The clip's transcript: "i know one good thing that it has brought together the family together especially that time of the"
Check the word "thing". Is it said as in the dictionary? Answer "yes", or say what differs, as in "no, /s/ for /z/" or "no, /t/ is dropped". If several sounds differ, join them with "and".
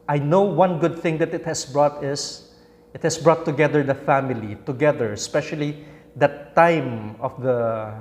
yes